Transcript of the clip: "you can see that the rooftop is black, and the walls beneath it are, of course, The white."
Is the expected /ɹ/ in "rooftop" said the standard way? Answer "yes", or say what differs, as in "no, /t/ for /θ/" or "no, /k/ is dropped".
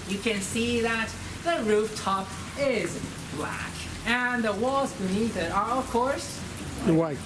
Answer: yes